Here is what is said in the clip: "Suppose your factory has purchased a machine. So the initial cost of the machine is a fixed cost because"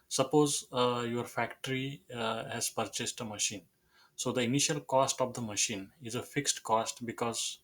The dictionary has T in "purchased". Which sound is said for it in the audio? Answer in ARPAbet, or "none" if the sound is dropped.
T